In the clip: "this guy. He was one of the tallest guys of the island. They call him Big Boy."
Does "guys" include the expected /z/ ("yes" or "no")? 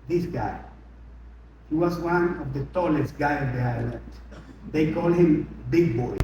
no